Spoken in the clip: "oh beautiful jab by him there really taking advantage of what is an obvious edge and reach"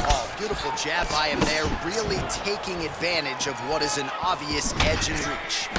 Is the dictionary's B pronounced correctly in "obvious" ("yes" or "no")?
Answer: no